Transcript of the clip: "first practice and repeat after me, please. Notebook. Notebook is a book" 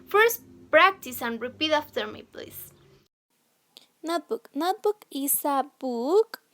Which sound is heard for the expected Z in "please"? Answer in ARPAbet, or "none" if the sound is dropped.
S